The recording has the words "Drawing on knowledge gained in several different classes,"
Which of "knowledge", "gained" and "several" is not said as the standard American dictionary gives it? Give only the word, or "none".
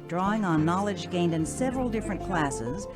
none